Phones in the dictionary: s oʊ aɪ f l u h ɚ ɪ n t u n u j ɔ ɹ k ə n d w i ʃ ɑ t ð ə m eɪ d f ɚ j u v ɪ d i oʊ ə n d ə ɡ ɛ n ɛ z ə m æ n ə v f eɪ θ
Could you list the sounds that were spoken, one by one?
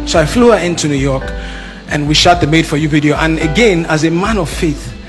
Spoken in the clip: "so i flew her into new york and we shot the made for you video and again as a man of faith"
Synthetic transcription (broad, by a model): s oʊ aɪ f l u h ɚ ɪ n t u n u j ɔ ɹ k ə n w i ʃ ɑ t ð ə m eɪ d f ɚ j u v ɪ d i oʊ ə n ə ɡ ɛ n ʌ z ə m æ n ə v f eɪ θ